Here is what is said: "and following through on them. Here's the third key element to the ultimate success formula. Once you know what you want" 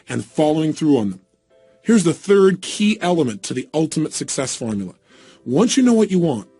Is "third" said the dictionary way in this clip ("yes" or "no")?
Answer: yes